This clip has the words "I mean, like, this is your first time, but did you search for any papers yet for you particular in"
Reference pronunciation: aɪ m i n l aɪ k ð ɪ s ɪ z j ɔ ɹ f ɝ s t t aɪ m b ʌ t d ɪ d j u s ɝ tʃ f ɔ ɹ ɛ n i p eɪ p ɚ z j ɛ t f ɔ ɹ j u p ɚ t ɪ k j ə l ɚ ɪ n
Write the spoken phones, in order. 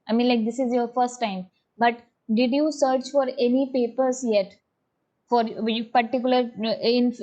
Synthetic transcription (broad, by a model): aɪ m i n l aɪ k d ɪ s ɪ z j ɔ ɹ f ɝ s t t aɪ m b ʌ t d ɪ d j u s ɝ tʃ f ɔ ɹ ɛ n i p eɪ p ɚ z j ɛ t f ɔ ɹ j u p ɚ t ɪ k j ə l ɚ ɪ n